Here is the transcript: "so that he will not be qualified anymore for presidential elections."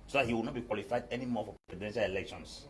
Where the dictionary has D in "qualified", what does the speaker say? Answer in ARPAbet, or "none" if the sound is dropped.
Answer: D